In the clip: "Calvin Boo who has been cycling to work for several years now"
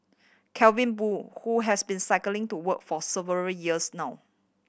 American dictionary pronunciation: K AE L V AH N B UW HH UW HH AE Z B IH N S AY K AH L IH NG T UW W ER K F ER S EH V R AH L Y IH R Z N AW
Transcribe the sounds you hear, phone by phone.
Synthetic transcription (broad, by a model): K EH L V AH N B UW HH UW HH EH S B IH N S AY K AH L IH NG T UW W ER K F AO S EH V AH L Y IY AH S N AW